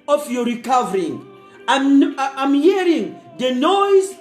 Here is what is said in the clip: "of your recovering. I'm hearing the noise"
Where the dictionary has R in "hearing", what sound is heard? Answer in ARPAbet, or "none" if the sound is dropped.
R